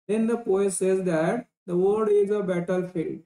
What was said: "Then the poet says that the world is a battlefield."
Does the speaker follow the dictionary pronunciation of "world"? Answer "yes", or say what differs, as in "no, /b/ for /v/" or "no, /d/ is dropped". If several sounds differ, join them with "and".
no, /l/ is dropped